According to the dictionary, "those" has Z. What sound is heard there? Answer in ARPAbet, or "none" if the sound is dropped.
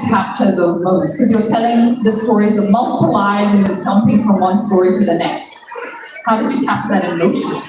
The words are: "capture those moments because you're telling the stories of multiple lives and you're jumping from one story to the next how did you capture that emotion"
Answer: Z